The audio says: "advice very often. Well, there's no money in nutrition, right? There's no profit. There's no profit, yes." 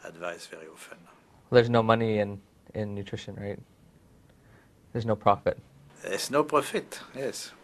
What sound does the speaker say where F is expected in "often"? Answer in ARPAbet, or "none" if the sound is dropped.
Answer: F